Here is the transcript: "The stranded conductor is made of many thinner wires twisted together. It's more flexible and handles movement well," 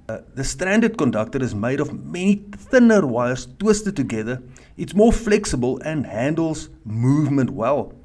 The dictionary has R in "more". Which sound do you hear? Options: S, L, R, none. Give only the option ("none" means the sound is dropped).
R